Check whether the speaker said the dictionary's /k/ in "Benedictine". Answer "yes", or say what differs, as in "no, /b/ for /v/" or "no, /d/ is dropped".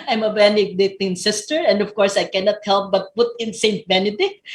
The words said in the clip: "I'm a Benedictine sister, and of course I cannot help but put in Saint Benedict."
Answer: no, /k/ is dropped